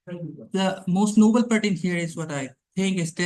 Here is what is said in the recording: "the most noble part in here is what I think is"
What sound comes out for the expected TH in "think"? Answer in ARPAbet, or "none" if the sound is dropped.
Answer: T